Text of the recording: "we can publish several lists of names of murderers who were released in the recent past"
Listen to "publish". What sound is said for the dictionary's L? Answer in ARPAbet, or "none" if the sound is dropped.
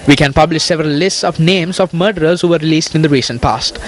L